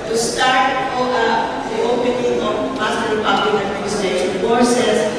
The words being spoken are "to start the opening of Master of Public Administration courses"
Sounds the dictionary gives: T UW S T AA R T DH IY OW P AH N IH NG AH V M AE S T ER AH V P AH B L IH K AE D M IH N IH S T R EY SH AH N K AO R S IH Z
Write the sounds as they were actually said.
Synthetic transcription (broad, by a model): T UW S T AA R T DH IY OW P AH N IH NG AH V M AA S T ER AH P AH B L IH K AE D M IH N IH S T EY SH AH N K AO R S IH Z